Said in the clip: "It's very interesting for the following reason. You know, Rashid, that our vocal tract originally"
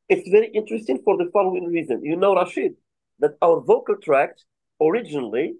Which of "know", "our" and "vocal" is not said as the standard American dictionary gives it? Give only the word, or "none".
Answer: none